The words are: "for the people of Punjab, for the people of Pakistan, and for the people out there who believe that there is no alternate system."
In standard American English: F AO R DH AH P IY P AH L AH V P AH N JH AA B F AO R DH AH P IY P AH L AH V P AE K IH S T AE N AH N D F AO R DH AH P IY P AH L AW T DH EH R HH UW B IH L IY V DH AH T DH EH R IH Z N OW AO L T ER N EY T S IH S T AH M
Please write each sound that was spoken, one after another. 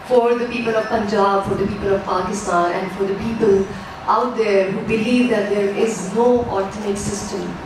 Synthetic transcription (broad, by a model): F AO R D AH P IY P AH L AH V P AH N JH AA B F AO R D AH P IY P AH L AH V P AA K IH S T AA N AH N D F AO R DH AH P IY P AH L AW T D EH R HH UW B IH L IY V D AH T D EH R IH Z N OW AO T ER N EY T S IH S T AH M